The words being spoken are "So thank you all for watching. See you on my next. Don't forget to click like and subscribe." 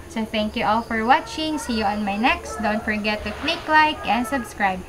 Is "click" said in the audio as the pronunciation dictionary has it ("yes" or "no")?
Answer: yes